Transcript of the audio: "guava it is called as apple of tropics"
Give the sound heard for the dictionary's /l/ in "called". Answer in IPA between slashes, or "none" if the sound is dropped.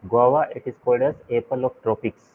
/l/